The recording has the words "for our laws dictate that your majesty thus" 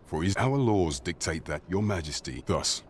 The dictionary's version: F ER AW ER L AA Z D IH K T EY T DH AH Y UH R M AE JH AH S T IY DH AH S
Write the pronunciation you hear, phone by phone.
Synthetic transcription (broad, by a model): F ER AW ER L AA Z D IH K T EY T DH AH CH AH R M AE JH AH S T IY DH AH S